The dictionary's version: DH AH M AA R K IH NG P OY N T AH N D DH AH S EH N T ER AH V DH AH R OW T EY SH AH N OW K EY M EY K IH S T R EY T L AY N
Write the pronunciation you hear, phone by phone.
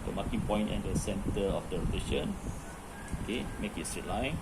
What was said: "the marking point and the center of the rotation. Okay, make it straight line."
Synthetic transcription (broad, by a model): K M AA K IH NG P OY N T AH N D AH S EH N T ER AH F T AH L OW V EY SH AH N OW K EY M EY K IH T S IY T L AY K